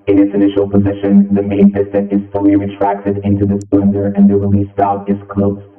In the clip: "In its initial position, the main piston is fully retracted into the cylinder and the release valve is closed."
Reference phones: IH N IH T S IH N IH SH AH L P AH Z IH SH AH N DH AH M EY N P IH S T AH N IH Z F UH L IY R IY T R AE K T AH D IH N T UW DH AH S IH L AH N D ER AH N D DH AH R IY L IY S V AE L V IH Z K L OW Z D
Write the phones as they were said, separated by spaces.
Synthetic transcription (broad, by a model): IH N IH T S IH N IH SH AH L P AH Z IH SH AH N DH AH M EY N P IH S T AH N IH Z F UH L IY R IY T R AE K T AH D IH N T UW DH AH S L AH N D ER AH N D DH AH R IY L IY S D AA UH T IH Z K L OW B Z